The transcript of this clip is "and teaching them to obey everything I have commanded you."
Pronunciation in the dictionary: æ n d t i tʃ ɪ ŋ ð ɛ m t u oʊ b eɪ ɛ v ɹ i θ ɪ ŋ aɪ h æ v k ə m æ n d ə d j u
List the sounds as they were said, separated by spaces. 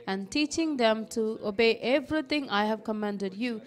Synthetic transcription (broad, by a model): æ n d t i tʃ ɪ ŋ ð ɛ m t u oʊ b eɪ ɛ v ɹ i t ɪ ŋ aɪ h æ v k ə m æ n d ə d j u